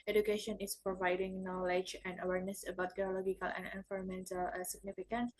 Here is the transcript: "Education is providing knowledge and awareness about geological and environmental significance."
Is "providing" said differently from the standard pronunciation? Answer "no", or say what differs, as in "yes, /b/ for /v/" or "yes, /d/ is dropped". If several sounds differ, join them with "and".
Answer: no